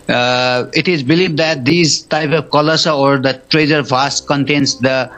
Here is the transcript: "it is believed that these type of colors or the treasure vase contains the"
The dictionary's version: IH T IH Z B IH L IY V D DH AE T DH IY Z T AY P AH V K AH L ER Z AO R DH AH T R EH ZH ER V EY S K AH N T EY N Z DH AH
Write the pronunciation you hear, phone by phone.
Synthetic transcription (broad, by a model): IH T IH Z B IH L IY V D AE T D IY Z T AY P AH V K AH L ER S AO R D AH T R EH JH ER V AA S K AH N T EY N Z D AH